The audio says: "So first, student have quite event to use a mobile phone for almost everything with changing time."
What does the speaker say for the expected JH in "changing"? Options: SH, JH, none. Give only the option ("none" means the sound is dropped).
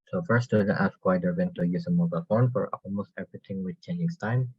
none